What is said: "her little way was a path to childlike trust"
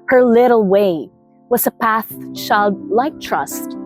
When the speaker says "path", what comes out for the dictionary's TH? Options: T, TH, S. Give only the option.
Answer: TH